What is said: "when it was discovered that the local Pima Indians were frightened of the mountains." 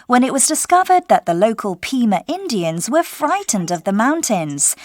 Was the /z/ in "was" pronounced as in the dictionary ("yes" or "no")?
yes